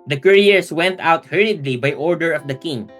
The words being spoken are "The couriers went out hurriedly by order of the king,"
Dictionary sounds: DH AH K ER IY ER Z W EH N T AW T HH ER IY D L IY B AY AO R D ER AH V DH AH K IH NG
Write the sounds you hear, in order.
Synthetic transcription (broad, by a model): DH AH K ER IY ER S W EH N T AW T HH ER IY D L IY B AY AO R D ER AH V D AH K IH NG